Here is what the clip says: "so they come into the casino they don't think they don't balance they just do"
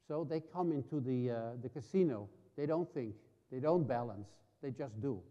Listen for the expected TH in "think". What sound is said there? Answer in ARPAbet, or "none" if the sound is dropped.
TH